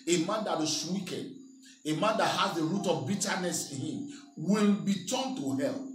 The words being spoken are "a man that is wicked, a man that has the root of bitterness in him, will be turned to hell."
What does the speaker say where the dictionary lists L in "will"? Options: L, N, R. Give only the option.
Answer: N